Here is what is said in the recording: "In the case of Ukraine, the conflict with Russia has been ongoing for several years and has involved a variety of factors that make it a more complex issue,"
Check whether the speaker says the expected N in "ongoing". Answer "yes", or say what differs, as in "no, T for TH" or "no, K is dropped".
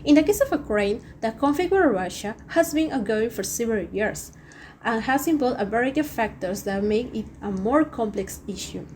no, N is dropped